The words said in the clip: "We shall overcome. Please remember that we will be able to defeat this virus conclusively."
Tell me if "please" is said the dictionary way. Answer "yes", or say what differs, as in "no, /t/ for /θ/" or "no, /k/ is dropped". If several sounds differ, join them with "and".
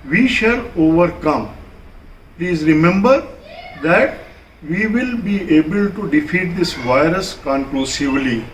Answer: yes